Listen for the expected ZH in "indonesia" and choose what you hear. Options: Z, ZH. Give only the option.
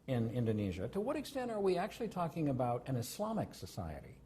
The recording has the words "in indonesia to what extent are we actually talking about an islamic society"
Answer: ZH